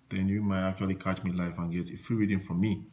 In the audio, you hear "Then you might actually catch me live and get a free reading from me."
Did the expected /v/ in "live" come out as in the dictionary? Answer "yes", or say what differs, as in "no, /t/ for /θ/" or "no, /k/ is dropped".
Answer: no, /f/ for /v/